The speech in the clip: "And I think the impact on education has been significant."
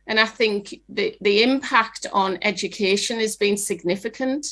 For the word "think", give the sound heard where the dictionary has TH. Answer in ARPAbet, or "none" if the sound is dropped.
TH